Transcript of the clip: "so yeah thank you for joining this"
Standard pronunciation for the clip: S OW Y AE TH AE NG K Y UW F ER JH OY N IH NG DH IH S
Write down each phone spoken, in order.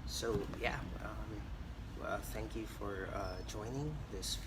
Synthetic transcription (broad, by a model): S OW Y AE TH AE NG K Y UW F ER JH OY N IH NG DH IH S